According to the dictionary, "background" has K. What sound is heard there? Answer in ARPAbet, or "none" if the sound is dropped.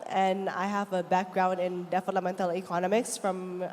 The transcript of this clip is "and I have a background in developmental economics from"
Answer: K